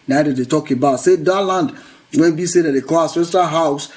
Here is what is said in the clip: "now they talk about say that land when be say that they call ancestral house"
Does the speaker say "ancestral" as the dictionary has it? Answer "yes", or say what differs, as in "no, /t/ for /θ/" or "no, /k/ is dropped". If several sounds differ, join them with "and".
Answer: no, /ɹ/ is dropped